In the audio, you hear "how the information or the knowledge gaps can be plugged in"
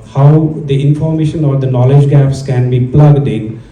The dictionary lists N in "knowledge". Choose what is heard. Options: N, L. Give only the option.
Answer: N